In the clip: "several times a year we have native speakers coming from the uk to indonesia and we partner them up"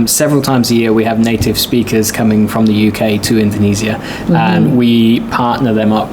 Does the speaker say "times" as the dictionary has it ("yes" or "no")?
yes